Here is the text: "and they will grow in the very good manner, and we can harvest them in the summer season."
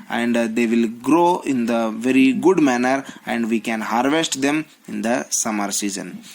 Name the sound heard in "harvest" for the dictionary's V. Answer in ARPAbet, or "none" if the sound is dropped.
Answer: V